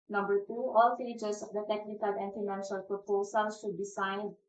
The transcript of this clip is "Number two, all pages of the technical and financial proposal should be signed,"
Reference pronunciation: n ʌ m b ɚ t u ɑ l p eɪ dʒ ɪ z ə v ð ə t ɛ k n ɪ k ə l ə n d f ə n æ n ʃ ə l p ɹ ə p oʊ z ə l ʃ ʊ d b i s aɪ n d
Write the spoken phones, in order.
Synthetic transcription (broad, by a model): n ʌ m b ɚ t u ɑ l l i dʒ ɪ s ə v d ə t ɛ k n ɪ k ə l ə n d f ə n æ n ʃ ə l p ɹ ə p oʊ s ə l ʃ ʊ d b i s aɪ n